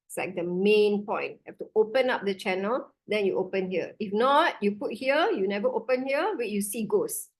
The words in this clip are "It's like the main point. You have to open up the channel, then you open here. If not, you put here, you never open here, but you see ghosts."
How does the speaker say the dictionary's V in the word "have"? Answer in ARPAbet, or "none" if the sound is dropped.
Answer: F